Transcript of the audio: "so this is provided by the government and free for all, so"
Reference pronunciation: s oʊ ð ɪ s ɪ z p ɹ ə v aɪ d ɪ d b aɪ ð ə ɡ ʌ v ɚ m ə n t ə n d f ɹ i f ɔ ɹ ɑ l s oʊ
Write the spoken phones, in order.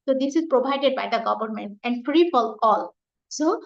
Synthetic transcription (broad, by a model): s oʊ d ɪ s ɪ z p ɹ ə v aɪ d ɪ d b aɪ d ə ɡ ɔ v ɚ m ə n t ə n d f ɹ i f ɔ l ɑ l s oʊ